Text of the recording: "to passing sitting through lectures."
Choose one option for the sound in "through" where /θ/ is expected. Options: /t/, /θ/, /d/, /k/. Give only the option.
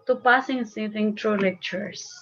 /t/